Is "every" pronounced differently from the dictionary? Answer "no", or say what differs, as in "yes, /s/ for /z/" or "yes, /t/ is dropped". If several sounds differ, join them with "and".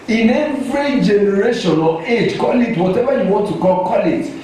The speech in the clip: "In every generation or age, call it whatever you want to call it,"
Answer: no